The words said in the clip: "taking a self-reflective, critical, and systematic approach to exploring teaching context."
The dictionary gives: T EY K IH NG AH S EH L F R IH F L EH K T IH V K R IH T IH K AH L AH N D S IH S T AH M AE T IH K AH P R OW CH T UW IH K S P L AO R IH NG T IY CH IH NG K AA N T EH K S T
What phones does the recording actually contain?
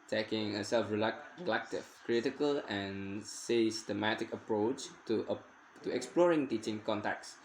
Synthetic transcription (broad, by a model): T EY K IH NG AH S EH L F R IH L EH K T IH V K R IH T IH K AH L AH N S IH S T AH M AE T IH K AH P R OW CH T UW IH K S P L AO R IH NG T IY CH IH NG K AA N T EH K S